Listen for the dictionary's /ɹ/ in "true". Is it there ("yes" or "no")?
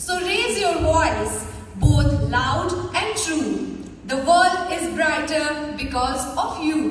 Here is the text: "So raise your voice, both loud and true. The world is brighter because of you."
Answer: yes